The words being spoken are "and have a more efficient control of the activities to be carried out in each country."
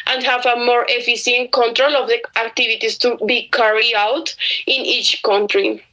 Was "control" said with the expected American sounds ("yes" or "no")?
yes